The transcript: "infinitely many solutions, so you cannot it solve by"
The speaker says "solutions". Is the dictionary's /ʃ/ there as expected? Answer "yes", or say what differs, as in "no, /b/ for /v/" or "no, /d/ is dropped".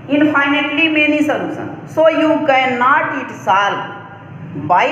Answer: no, /s/ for /ʃ/